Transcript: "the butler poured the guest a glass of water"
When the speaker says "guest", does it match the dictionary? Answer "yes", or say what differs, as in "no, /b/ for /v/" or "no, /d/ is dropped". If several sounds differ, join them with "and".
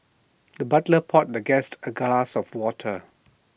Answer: yes